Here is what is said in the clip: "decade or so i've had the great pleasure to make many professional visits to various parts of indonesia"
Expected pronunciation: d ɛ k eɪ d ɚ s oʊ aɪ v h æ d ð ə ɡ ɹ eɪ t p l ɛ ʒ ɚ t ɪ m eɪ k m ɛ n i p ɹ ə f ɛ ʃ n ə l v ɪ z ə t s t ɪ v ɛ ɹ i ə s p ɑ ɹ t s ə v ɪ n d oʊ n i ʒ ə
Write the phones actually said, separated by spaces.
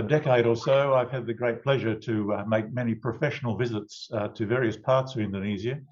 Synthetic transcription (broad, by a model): d ɛ k eɪ d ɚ s oʊ aɪ v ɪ d ð ə ɡ ɹ eɪ t p l ɛ ʒ ɚ t ɪ m eɪ k m ɛ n i p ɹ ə f ɛ ʃ n l v ɪ z ə t s t ɪ v ɛ ɹ i ə s p ɑ ɹ t s ə v ɪ n d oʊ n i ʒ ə